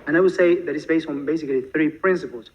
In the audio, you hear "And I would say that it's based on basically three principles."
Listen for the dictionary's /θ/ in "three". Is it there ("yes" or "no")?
yes